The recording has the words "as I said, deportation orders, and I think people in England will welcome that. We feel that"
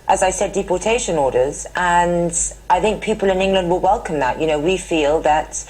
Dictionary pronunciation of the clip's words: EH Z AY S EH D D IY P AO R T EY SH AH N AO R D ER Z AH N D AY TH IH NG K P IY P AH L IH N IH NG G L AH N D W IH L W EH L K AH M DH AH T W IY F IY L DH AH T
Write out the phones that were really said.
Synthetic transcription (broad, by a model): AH Z AY S EH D D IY P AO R T EY SH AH N AO R D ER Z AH N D AY TH IH NG K P IY P AH L IH N IH NG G L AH N D W IH L W EH L K AH M DH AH T W IY F IY L DH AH T